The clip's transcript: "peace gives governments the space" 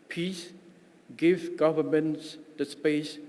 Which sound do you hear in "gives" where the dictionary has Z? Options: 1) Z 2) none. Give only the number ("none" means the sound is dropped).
2